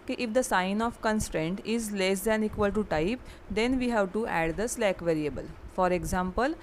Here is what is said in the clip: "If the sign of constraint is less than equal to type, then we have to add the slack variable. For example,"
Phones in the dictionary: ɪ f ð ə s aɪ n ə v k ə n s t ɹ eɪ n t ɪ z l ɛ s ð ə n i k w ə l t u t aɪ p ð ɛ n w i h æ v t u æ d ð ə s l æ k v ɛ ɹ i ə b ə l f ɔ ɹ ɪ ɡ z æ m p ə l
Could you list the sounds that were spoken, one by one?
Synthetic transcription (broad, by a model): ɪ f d ə s aɪ n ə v k ə n s t ɹ eɪ n t ɪ z l ɛ s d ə n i k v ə l t u t aɪ p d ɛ n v i h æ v t u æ d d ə s l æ k v ɛ ɹ i ə b ə l f ɔ ɹ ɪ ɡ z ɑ m p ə l